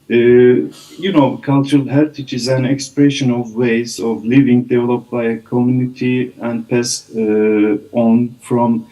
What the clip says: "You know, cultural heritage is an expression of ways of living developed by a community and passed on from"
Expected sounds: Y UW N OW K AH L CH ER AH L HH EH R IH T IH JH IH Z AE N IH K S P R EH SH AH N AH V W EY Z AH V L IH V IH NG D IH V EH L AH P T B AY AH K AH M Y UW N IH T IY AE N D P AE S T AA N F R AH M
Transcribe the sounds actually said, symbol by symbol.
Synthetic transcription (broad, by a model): Y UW N OW K AH L CH ER AH L HH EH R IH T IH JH IH Z AE N IH K S P R EH SH AH N AH V W EY Z AH V L IH V IH NG D IH V EH L AH P T B AY AH K AH M Y UW N IH T IY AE N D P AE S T AA N F R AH M